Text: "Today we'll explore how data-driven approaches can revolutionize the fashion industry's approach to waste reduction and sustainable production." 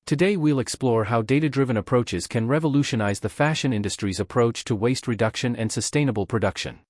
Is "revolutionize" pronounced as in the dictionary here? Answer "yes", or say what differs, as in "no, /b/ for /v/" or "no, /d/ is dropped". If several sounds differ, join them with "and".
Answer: yes